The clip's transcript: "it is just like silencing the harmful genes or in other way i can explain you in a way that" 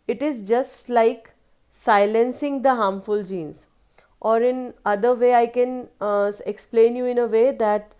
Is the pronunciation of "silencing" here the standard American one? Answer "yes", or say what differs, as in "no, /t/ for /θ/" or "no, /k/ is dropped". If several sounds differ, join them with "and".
yes